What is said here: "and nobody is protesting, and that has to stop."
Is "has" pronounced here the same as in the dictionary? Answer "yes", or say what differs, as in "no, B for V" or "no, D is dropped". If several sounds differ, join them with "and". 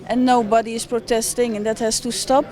no, S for Z